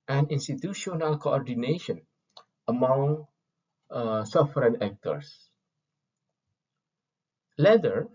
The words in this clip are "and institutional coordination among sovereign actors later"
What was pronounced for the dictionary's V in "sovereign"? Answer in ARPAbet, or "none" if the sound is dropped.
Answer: F